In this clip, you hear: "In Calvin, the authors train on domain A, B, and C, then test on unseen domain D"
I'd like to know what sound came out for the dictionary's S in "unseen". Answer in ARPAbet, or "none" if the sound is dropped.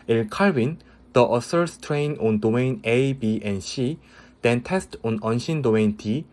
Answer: SH